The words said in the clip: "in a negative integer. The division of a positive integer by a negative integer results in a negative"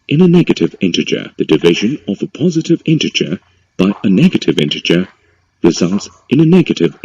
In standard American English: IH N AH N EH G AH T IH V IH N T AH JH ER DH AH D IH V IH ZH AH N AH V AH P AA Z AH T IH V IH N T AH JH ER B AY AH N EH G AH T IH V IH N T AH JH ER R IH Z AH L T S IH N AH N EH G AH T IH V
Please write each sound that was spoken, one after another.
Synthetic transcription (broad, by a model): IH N AH N EH G AH T IH V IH N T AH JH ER DH AH D IH V IH ZH AH N AH V AH P AA Z AH T IH V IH N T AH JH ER B AY AH N EH G AH T IH V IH N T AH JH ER R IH Z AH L T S IH N AH N EH G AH T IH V